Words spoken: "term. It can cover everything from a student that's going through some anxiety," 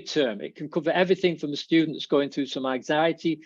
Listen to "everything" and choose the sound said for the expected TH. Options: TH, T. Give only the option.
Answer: TH